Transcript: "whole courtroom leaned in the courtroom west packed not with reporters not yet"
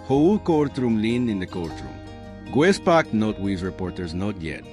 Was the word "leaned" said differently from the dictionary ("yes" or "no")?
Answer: yes